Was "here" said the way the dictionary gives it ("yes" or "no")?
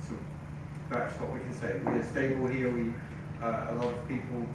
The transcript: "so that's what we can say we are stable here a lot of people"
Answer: no